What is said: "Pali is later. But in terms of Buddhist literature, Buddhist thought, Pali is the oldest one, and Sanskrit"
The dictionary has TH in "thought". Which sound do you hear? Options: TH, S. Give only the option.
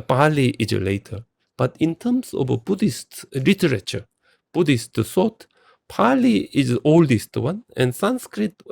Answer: S